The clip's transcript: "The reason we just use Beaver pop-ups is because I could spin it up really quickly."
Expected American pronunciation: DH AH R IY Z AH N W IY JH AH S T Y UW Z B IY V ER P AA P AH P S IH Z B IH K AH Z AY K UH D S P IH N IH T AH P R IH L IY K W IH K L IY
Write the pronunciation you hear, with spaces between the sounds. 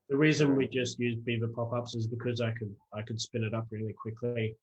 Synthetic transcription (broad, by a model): DH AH R IY Z AH N W IY JH AH S T Y UW Z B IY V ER P AA P AH P S IH Z B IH K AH Z AY K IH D S P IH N IH T AH P R IH L IY K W IH K L IY